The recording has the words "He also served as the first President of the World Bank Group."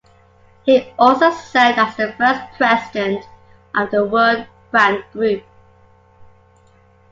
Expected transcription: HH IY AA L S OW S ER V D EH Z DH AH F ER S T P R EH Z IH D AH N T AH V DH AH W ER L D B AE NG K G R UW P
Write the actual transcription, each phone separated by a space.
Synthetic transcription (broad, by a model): HH IY AA L S OW S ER D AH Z DH AH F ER S P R EH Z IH D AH N T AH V DH AH W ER D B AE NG G R UW P